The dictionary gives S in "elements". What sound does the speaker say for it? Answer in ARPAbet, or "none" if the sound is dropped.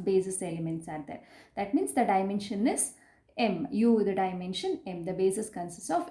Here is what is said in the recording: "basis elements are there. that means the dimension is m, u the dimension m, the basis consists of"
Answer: S